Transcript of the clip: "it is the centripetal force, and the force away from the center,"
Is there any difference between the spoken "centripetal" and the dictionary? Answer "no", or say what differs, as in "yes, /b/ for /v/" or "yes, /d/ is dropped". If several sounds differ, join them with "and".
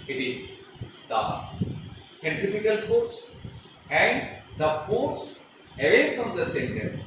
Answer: yes, /ɹ/ is dropped and /f/ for /p/